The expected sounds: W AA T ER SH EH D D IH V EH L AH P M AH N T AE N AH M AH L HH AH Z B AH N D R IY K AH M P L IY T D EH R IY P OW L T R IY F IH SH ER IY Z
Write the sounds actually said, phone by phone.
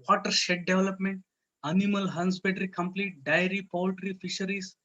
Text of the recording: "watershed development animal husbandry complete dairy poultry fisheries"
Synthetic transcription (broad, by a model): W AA T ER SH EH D D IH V L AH P M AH N T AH N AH M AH L HH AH S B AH D R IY K AH M P L IY T D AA R IY P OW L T R IY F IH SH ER IY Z